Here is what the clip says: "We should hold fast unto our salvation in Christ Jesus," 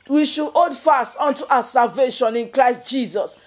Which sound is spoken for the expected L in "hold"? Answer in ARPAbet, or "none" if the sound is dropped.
none